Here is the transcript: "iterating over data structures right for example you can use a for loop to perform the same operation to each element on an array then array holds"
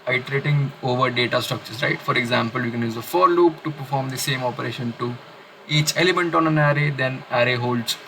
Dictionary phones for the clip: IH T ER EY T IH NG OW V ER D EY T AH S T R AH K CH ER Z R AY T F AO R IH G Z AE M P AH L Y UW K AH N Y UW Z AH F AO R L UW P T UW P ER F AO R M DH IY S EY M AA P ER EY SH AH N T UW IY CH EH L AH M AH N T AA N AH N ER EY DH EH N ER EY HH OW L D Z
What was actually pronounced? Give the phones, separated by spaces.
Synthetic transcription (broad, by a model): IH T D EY T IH NG OW V ER D EY T AH S T AH K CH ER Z R AY T F AO R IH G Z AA M P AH L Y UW K AH N Y UW Z AH F AO R L UW P T UW P ER F AO R M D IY S EY M AA P ER EY SH AH N T UW IY CH EH L AH M AH N T AA N AH N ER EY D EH N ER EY HH OW L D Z